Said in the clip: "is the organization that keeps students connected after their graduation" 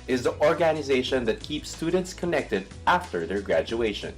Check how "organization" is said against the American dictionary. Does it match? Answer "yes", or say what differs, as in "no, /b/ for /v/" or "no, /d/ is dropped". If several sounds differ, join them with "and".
yes